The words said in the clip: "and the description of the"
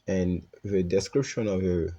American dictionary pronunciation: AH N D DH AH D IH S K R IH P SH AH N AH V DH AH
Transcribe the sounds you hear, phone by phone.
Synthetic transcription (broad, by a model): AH N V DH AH D IH S K R IH P SH AH N AH V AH